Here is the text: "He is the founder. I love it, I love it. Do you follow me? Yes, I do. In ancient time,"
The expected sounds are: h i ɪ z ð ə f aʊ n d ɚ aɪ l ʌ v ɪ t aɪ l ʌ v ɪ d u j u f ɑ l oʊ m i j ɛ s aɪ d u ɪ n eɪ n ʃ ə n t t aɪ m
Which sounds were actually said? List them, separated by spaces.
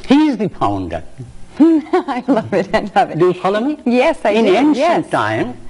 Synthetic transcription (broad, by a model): h i ɪ z ð ə p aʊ n d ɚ aɪ l ʌ v ɪ t aɪ l ʌ v ɪ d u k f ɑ l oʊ m i j ɛ s aɪ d ɪ n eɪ n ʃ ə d aɪ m